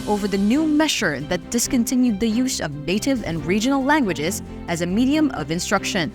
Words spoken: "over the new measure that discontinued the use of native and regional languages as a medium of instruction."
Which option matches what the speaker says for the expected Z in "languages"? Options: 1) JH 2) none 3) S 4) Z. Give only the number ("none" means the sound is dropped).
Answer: 4